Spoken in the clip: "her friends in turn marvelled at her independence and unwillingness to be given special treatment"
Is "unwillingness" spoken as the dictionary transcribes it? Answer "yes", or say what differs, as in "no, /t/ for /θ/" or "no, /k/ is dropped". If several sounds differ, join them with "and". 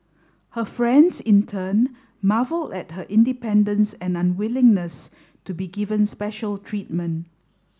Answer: yes